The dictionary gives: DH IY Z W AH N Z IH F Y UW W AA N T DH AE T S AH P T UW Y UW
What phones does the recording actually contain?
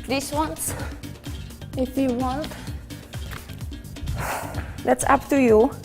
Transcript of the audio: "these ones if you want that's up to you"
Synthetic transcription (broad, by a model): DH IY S W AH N S IH F Y UW W AA N T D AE T S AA P T UW Y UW